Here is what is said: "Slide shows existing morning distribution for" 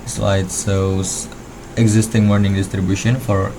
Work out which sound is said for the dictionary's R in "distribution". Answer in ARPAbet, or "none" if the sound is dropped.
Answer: R